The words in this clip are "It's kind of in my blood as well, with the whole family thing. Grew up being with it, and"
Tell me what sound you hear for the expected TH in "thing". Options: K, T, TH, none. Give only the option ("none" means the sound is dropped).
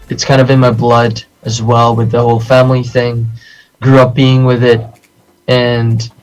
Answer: TH